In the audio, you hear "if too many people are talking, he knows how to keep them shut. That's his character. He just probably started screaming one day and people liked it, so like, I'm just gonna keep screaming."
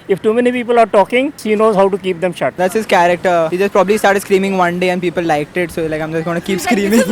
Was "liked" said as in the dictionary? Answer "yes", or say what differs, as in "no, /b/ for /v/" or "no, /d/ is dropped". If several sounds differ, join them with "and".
yes